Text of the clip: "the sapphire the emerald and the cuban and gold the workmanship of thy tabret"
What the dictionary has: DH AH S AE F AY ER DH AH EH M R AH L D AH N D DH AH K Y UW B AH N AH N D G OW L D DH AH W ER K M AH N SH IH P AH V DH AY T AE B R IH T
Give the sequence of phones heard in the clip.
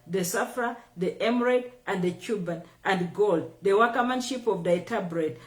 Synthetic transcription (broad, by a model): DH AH S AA F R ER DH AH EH M R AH D AH N D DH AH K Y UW B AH N AH N D G OW L D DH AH W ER K M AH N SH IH P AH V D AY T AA B R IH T